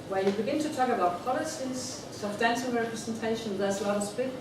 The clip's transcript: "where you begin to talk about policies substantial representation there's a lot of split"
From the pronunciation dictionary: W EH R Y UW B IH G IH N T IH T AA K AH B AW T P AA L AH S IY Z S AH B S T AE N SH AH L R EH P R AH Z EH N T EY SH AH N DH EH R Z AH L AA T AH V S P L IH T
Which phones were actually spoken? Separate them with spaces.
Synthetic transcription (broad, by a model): W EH Y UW B IH G IH N T IH T AA K AH B AW T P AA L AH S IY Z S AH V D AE N S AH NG R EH P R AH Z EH N T EY SH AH N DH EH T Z AH L AA T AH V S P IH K